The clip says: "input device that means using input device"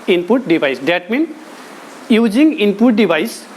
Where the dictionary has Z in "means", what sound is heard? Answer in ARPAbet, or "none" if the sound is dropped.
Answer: none